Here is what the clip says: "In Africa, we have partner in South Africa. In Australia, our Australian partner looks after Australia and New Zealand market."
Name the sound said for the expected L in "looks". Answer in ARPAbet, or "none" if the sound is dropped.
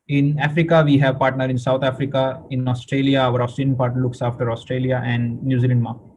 L